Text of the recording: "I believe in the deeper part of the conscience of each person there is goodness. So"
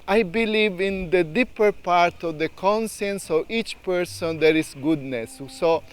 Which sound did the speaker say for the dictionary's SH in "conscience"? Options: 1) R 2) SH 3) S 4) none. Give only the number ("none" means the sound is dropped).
3